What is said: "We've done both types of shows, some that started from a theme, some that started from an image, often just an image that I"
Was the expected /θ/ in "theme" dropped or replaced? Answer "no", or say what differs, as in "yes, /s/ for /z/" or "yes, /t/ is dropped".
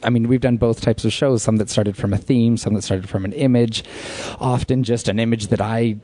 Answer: no